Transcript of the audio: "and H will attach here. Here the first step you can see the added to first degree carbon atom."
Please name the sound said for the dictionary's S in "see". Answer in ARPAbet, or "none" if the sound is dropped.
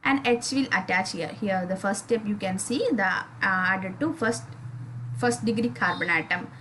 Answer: S